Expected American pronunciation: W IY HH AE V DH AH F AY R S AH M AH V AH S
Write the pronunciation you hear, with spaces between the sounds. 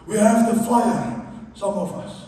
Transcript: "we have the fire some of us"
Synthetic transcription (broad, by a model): W IY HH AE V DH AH F AY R S AH M AH V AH S